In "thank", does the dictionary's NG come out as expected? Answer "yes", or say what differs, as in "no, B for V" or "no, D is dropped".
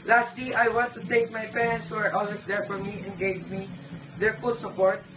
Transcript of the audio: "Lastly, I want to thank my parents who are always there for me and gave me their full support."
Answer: no, NG is dropped